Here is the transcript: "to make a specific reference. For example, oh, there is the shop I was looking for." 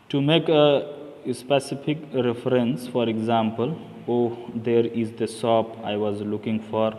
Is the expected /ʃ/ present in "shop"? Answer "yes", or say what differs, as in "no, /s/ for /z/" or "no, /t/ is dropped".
no, /s/ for /ʃ/